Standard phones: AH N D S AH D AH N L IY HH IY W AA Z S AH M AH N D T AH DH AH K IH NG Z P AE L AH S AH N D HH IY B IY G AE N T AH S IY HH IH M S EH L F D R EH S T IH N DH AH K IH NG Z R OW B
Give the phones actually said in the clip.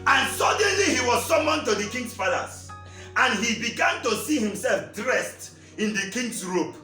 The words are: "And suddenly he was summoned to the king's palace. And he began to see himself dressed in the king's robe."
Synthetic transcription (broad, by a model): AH N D S AH D AH N L IY HH IY W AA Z S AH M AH N T AH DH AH K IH NG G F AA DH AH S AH N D HH IY B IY G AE N T AH S IY HH IH M S EH L F D R EH S T IH N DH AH K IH NG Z R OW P